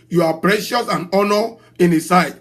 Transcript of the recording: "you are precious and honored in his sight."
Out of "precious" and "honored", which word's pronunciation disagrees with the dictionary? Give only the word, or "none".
honored